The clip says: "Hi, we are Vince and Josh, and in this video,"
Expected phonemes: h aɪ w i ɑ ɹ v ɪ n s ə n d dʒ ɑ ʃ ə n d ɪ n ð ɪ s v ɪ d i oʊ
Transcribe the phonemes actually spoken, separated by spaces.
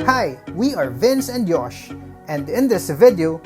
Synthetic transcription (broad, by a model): h aɪ w i ɑ ɹ v ɪ n s ə n d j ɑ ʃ ə n d ɪ n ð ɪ s v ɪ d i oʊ